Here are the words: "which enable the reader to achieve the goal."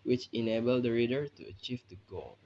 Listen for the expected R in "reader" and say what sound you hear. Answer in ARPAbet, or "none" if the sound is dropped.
R